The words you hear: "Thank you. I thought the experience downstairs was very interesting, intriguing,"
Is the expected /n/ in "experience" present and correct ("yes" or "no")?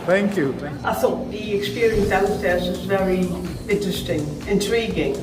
yes